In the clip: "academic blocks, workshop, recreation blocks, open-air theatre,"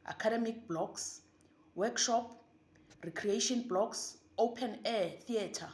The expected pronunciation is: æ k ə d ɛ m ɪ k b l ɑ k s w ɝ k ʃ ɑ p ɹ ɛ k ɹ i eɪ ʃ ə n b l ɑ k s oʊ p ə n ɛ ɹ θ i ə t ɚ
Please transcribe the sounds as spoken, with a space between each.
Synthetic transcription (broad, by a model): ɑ k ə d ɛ m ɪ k b l ɑ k s w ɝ k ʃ ɑ p ɹ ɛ k ɹ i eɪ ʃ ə n b l ɑ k s oʊ p ə n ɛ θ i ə t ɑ